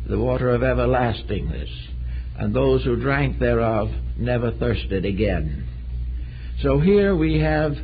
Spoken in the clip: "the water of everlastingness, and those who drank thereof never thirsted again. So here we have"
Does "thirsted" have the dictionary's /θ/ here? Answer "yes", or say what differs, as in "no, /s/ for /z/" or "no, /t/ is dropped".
yes